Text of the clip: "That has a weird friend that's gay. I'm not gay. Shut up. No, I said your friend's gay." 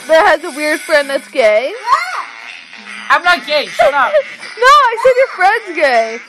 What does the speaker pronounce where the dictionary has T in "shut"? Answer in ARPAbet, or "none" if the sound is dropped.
none